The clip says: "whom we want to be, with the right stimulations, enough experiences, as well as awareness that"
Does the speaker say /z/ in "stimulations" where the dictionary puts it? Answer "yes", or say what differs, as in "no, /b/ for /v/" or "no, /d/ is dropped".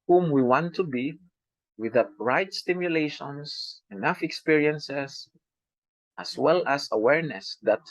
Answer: no, /s/ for /z/